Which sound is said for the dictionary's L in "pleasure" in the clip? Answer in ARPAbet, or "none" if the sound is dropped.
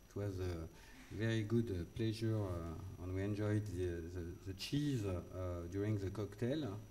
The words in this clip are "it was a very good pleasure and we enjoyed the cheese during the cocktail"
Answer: L